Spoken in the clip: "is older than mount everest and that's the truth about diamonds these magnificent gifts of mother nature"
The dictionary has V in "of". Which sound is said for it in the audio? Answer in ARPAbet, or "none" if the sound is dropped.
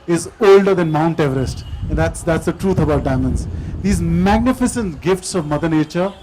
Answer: V